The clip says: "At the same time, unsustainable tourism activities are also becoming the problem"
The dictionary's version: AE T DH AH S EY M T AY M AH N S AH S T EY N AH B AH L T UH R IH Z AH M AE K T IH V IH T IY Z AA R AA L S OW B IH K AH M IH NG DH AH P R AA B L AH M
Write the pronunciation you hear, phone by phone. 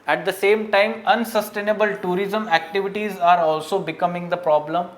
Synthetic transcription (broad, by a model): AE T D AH S EY M T AY M AH N S AH S T EY N AH B AH L T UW R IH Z AH M AE K T IH V IH T IY Z AA R AA L S OW B IH K AH M IH NG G AH P R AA B L AH M